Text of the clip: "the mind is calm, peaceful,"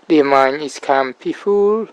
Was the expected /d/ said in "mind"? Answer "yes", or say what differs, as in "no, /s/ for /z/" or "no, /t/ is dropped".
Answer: no, /d/ is dropped